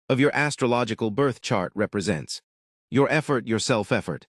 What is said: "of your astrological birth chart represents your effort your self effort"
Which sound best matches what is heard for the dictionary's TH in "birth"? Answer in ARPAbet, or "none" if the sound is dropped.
TH